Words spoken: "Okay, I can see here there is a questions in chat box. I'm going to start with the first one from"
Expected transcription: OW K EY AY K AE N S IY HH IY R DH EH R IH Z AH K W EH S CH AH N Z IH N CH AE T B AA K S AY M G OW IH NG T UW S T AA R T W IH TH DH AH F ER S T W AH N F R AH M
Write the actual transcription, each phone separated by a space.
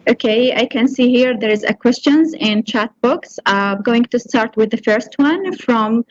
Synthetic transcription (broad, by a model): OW K EY AY K AE N S IY HH IY R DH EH R IH Z AH K W EH S CH AH N Z IH N CH AE T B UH K S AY G OW IH NG T UW S T AA R T W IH DH AH F ER S T W AH N F R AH M